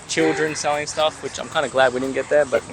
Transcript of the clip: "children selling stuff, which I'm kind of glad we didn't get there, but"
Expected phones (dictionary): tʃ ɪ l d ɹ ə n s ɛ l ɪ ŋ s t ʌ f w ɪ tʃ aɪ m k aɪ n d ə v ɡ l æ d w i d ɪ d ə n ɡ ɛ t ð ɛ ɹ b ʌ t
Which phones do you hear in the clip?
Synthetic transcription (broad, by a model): tʃ ɪ l d ɹ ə n s ɛ l ɪ ŋ s t ʌ f w ɪ tʃ aɪ m k aɪ n d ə ɡ l æ d w i d ɪ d n ɡ ɛ t ð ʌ ɹ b ʌ t